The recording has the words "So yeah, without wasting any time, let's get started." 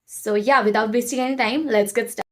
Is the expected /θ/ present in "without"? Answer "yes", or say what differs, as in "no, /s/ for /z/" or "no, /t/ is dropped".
no, /t/ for /θ/